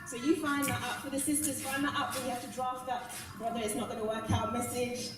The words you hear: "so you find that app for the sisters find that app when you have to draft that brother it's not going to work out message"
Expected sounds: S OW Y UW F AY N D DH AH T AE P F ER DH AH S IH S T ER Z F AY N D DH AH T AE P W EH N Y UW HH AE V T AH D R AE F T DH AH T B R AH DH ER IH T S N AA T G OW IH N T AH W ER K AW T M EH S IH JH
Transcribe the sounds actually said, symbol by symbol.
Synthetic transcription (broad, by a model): S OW Y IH F AY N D DH AH T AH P F ER DH AH S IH S T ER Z F AY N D DH AH T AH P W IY HH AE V T AH D R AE F T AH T B R AH DH ER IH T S N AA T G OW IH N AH W ER K AW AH M EH S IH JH